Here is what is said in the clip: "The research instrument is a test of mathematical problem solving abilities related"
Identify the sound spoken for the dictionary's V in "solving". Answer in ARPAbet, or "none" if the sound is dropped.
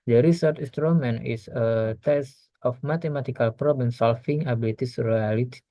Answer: F